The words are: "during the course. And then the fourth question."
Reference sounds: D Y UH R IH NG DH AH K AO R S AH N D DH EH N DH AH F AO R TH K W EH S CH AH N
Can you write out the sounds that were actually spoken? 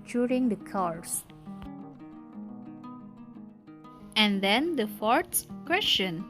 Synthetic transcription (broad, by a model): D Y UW R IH NG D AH K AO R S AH N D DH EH N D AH F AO R S K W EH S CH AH N